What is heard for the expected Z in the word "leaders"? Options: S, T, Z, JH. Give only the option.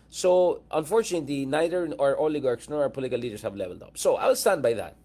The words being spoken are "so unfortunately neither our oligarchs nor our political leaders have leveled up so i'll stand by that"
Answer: S